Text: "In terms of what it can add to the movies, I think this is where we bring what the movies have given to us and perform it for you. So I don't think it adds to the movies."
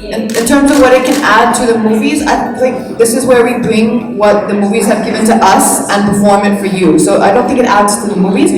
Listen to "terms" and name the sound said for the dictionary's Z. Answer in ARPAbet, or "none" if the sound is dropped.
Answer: Z